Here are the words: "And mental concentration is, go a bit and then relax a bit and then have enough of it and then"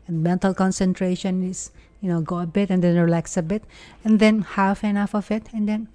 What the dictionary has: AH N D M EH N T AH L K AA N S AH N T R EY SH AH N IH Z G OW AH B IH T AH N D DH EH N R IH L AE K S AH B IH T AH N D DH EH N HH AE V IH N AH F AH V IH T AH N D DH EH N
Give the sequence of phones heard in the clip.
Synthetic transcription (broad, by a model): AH N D M EH N T AH L K AA N S AH N T R EY SH AH N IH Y G OW AH B IH T AH N D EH N R IH L AE K S AH B IH T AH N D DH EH N HH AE F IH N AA F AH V IH T AH N D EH N